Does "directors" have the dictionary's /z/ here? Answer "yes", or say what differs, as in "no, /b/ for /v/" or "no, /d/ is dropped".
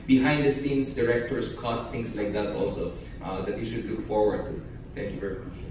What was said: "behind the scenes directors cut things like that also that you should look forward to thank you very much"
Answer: no, /s/ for /z/